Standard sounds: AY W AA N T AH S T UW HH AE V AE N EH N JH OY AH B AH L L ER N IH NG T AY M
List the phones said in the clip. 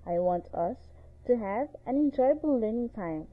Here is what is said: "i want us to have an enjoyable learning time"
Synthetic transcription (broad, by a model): AY W AA N T AH S T UW HH AE V AE N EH N JH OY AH B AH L L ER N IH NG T AY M